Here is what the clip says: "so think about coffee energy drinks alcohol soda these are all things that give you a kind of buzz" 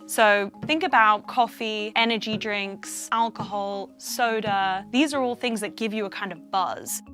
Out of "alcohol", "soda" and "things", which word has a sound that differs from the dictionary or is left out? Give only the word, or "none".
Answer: none